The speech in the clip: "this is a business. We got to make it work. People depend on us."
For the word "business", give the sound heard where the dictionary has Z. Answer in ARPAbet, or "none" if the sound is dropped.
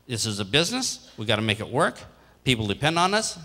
Z